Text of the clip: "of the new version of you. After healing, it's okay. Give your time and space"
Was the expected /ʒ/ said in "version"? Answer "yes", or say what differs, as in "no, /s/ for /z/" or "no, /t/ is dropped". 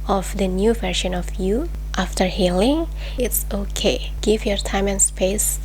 no, /ʃ/ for /ʒ/